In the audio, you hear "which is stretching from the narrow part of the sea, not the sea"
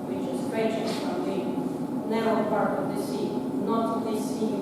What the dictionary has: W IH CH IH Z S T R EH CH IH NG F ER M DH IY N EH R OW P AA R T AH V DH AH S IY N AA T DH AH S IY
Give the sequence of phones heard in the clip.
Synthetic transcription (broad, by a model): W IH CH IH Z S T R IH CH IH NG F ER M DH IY N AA UH P AA R T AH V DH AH S IY N AA T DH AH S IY